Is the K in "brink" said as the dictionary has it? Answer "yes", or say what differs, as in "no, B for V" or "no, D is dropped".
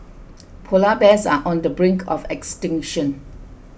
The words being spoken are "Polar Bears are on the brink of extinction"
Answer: yes